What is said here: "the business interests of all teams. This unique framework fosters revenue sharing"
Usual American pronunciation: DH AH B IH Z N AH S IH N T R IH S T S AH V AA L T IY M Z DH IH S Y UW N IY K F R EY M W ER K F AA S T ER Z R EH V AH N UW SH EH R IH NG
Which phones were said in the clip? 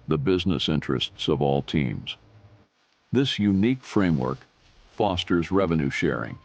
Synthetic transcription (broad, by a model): DH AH B IH Z N AH S IH N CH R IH S T S AH V AA L T IY M Z DH IH S Y UW N IY K F R EY M W ER K F AA S T ER Z R EH V AH N UW SH EH R IH NG